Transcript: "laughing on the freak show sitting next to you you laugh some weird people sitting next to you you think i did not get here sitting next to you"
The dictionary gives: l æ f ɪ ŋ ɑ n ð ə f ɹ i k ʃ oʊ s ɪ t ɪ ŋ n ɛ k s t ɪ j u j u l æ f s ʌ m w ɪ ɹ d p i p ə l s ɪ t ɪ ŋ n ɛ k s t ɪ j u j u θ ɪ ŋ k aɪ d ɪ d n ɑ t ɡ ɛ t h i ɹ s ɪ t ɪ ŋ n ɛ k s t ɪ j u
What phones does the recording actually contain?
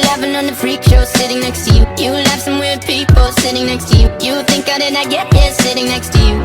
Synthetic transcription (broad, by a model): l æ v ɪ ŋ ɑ n ð ə f ɹ i k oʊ s ɪ t ɪ ŋ n ɛ k s t ɪ j u j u l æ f s ʌ m w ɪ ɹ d p i p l s ɪ t ɪ ŋ n ɛ k s t ɪ j u j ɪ θ ɪ ŋ k aɪ d ɪ d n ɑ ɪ ɡ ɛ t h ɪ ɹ s ɪ t ɪ ŋ n ɛ k s t ɪ j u